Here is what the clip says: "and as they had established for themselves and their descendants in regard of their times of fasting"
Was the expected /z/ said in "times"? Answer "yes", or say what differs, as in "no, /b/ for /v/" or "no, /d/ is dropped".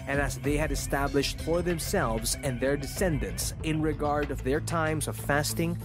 yes